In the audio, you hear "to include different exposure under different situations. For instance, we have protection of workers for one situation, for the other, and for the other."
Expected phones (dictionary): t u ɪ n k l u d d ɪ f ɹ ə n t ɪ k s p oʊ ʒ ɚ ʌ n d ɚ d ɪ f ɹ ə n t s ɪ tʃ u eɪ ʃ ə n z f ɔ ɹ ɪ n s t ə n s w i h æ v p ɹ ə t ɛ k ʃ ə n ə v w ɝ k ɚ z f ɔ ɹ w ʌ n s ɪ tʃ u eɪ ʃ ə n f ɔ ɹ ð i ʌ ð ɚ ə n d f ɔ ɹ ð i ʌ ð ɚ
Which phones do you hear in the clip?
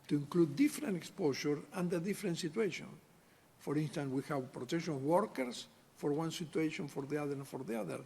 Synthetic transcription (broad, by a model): t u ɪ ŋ k l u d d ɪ f ɹ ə n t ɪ k s p oʊ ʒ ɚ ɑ n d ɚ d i f ɹ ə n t s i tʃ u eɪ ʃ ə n f ɔ ɹ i n s t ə n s w i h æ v p ɹ ə t ɛ k ʃ ə n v w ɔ k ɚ s f ɔ ɹ w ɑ n s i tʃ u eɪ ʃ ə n f ɔ ɹ ð i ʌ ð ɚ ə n f ɔ ɹ ð i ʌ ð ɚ